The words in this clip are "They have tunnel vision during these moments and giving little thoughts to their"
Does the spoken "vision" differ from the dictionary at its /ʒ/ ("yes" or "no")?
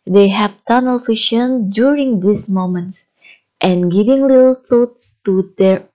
yes